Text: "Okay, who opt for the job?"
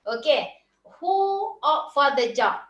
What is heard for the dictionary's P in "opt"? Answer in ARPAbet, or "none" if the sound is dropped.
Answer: none